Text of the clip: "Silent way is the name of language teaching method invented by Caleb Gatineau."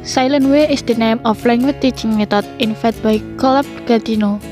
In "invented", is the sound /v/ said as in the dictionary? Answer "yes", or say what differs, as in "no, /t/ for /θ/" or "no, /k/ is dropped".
no, /f/ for /v/